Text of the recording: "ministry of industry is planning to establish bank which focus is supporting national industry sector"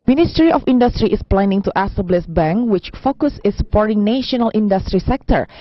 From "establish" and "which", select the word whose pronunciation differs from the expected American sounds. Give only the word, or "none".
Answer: establish